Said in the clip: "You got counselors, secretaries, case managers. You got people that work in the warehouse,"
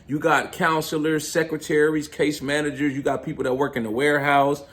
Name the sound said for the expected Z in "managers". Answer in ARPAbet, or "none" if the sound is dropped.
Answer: Z